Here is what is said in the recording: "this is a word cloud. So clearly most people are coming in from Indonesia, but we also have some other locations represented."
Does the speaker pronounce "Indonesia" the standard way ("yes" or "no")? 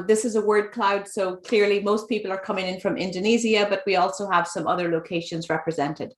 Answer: no